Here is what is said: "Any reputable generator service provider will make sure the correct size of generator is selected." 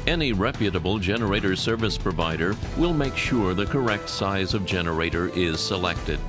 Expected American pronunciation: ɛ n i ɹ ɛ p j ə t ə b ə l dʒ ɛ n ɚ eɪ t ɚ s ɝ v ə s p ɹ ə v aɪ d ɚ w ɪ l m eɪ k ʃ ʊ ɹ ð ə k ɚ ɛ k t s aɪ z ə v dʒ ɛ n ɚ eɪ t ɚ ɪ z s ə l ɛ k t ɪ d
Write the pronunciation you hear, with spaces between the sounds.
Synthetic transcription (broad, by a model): ɛ n i ɹ ɛ p j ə t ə b l dʒ ɛ n ɚ eɪ t ɚ s ɝ v ə s p ɹ ə v aɪ d ɚ w ɪ l m eɪ k ʃ ʊ ɹ ð ə k ɚ ɛ k t s aɪ z ə v dʒ ɛ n ɚ eɪ t ɚ ɪ z s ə l ɛ k t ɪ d